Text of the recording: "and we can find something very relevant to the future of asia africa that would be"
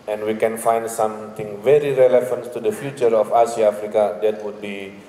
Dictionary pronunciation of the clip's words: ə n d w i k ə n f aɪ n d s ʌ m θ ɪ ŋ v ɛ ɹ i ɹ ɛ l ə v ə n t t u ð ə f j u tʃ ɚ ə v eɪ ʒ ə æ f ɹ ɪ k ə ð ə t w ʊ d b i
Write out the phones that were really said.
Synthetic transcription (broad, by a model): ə n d w i k ə n f aɪ n d s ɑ m t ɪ ŋ v ɛ ɹ i ɹ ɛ l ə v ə n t t u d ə f j u tʃ ɚ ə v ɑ s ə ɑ f ɹ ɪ k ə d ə t w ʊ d b i